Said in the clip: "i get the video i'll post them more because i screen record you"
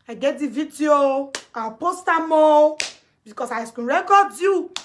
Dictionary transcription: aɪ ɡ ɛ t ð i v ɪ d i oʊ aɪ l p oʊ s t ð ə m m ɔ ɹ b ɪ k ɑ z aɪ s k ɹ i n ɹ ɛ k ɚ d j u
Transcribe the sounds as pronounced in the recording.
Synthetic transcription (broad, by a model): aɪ ɡ ɛ t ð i v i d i oʊ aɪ p oʊ s t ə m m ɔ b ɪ k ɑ s aɪ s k u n ɹ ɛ k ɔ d j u